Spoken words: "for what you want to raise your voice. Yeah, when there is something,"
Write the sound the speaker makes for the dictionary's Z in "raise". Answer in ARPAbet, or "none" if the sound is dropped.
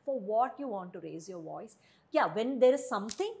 Z